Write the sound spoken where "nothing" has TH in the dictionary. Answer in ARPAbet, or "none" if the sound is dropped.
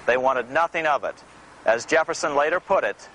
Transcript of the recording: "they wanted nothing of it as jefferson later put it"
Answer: TH